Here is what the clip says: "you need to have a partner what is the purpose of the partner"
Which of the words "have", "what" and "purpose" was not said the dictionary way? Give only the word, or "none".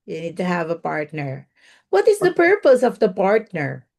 none